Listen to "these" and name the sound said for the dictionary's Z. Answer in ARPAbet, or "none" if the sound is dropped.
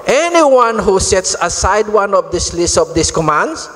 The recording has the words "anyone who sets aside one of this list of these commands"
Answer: S